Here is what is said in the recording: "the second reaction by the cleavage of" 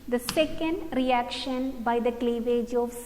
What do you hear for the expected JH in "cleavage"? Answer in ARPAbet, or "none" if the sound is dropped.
JH